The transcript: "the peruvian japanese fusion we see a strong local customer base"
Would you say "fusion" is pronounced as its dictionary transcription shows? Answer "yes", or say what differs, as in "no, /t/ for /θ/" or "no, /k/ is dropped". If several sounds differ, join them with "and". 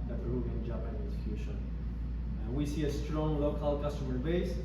no, /ʃ/ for /ʒ/